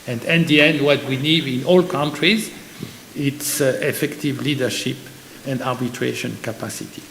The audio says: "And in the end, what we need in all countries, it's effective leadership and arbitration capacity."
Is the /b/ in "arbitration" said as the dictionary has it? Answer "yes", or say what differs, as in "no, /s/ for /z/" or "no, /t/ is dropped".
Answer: yes